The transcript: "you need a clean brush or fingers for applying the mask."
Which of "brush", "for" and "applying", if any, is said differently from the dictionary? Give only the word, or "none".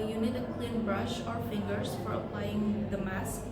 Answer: none